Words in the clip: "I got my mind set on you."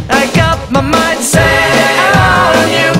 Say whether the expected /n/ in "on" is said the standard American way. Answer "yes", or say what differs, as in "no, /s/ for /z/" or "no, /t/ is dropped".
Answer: no, /l/ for /n/